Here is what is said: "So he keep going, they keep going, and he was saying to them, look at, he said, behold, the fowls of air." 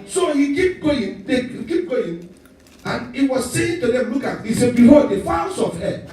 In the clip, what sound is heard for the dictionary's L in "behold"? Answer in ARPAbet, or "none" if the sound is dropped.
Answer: none